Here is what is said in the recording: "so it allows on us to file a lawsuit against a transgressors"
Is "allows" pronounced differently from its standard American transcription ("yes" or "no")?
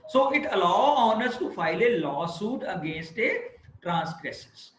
yes